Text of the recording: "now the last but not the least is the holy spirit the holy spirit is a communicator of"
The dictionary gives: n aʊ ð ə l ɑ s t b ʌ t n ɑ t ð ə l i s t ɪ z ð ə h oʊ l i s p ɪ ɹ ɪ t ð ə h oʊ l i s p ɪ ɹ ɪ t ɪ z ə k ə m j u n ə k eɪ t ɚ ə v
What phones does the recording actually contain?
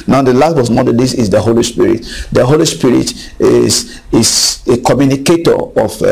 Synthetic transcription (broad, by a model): n aʊ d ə l ɑ s t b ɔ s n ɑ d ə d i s ɪ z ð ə h oʊ l i s p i ɹ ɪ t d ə h oʊ l i s p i ɹ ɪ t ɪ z ə k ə m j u n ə k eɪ t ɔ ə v